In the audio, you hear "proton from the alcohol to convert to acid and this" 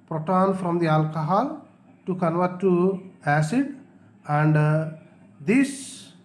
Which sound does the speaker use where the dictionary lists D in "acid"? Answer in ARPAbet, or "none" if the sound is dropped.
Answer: D